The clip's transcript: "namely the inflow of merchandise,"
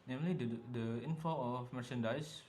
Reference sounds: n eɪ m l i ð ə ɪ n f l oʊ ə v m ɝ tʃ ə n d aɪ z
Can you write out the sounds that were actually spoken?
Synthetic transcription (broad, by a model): n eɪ m l i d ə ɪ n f oʊ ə f m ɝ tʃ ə n d aɪ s